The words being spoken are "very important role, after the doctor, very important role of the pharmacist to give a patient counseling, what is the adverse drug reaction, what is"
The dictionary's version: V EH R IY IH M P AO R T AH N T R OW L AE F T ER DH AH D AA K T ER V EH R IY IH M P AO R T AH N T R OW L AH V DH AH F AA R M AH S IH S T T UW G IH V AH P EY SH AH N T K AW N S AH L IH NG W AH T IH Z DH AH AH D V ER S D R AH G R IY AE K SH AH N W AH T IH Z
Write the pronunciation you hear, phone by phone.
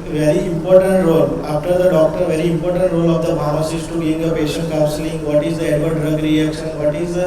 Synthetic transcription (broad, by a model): V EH R IY IH M P AO R T AH N T R OW L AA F T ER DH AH D AA K T ER V EH R IY IH M P AO R T AH N T R OW L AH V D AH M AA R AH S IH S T T UW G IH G AH P EY SH AH N T K AW N S AH L IH NG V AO T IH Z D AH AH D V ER D R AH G R IY AE K SH AH N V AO T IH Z